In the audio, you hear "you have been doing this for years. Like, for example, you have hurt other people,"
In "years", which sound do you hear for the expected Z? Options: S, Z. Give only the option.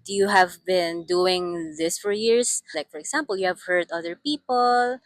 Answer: S